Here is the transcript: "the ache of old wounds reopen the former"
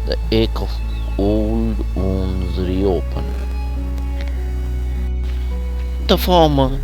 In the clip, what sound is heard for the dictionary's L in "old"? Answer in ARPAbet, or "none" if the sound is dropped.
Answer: L